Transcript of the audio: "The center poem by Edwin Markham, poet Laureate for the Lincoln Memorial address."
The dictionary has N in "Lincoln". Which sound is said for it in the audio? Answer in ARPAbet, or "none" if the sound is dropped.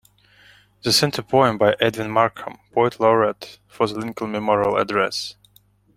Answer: L